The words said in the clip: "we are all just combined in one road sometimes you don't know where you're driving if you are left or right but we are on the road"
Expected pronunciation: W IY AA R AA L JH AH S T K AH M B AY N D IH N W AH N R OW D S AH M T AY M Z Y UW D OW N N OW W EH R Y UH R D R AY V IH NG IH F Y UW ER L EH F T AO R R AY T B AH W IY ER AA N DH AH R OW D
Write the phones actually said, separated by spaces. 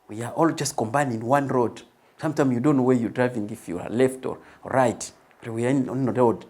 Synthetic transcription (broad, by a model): W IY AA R AA L JH AH S T K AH M B AY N IH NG W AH N R OW D S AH M T AY M S Y UW D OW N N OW W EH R Y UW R D R AY V IH NG IH F Y UW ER L EH F T AO R R AY T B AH W IY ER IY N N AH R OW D